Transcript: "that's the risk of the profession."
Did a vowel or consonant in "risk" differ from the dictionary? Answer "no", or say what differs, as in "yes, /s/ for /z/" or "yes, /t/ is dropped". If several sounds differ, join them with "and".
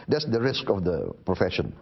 no